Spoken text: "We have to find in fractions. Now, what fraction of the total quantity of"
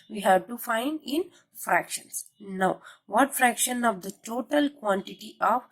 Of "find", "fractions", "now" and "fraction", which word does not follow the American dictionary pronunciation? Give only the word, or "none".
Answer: fractions